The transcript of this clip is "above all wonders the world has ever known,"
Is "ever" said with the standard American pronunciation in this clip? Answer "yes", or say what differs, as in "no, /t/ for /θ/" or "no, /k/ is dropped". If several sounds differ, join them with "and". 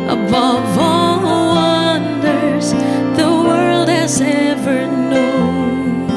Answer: yes